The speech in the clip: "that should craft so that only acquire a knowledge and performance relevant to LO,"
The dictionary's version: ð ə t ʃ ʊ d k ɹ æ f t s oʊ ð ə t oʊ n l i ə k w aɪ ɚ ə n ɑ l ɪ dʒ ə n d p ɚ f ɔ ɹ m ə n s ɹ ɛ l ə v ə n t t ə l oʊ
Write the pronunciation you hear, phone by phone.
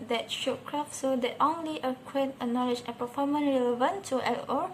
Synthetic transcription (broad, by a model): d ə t ʃ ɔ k ɹ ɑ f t s oʊ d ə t oʊ n l i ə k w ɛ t ə n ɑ l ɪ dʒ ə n p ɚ f ɔ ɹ m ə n ɹ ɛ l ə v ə n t t ə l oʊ